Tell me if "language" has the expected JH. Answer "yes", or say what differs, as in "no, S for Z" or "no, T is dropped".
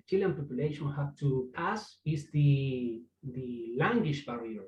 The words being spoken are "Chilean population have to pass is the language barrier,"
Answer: no, SH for JH